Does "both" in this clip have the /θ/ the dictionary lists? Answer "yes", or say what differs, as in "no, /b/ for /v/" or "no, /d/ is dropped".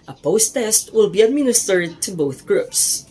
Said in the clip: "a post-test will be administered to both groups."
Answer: yes